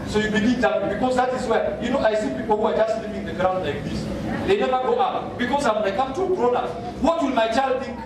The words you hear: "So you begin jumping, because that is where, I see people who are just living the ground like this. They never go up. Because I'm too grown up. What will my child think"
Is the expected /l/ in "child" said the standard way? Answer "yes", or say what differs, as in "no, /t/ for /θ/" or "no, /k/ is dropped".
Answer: yes